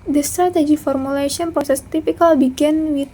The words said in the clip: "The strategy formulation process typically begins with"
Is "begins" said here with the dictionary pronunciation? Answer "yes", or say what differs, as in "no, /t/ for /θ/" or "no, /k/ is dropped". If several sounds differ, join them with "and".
no, /z/ is dropped